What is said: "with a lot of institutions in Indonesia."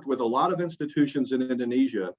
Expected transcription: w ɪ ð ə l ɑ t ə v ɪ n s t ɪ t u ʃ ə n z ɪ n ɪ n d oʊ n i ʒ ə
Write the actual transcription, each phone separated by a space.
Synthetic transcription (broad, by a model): w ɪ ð ə l ɑ t ə v ɪ n s t ɪ t u ʃ ə n z ɪ n ɪ n d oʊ n i ʒ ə